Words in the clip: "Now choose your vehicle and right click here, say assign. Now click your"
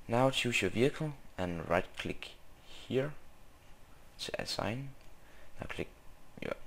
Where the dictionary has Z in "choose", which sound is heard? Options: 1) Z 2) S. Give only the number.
2